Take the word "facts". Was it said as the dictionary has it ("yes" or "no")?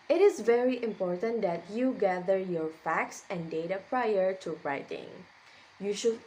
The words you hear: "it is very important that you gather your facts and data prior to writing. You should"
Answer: yes